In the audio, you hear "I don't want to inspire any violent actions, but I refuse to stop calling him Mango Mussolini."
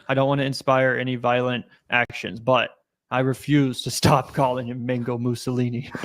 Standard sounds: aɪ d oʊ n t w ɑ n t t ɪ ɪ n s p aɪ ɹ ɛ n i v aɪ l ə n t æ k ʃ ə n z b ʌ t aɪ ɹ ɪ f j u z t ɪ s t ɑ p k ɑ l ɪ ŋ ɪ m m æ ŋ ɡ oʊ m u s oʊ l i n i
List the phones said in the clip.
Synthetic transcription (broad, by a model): aɪ d oʊ n t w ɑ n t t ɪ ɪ n s p aɪ ɹ ɛ n i v aɪ l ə n t æ k ʃ ə n z b ʌ t aɪ ɹ ɪ f j u z t ɪ s t ɑ p k ɑ l ɪ ŋ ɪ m m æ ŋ ɡ oʊ m u s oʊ l i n i